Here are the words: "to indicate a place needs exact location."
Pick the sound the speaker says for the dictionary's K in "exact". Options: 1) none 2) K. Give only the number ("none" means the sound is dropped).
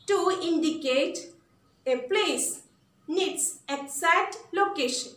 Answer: 1